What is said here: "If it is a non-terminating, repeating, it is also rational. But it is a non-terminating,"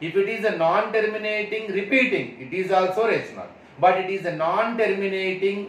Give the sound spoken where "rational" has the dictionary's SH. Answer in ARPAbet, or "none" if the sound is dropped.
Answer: S